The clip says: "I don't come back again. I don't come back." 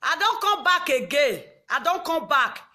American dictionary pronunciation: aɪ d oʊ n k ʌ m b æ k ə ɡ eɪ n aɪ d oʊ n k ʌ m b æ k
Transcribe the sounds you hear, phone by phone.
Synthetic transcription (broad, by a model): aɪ d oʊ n k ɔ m b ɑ k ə ɡ eɪ aɪ d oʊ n k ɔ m b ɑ k